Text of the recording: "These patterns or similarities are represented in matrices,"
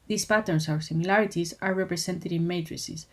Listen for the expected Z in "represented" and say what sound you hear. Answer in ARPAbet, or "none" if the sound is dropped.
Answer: S